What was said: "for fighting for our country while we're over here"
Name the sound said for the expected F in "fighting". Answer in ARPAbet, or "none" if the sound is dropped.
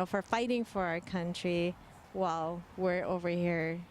F